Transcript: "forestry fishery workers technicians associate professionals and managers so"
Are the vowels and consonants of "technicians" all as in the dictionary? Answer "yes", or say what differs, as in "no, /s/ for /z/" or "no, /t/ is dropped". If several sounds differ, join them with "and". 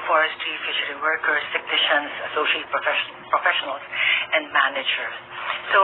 no, /s/ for /t/